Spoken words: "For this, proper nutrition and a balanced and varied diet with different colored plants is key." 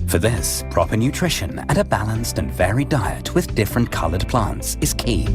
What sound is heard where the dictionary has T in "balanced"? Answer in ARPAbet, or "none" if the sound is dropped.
T